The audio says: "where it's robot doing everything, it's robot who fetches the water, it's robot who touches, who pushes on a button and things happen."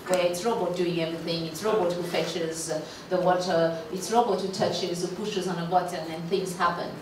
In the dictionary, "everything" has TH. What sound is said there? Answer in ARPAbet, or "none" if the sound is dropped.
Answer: TH